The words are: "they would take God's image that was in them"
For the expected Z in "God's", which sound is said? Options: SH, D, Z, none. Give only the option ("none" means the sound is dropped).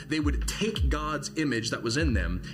Z